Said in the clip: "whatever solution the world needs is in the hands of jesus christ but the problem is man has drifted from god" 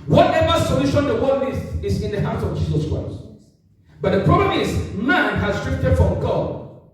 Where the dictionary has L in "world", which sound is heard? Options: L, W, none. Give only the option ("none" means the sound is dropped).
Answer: none